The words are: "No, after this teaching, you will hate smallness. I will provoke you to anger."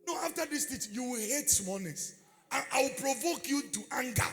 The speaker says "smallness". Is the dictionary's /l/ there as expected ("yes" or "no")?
no